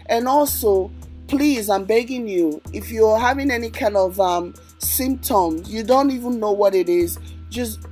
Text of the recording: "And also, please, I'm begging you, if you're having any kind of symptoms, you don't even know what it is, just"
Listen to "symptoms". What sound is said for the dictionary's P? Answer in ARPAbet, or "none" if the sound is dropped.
P